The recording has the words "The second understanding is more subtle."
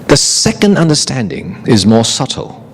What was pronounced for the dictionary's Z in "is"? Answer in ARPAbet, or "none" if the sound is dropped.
Z